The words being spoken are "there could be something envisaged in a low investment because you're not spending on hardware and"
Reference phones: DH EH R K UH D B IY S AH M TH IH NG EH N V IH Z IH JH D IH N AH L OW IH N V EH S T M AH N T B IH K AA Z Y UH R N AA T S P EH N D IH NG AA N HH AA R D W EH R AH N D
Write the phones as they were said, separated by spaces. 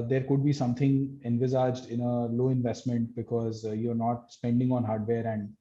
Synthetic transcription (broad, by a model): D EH R K UH D B IY S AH M T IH NG EH N V IH Z IH JH D IH N AH L OW IH N V EH S T M AH N T B IH K AA Z Y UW R N AA T S P EH N D IH NG AA N HH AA R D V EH R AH N D